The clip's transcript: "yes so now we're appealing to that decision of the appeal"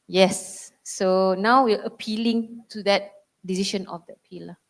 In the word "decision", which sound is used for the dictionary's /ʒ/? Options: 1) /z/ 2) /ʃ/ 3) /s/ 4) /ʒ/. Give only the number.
2